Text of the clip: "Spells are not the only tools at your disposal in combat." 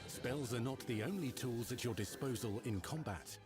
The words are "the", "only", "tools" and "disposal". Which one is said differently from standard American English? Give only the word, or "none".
none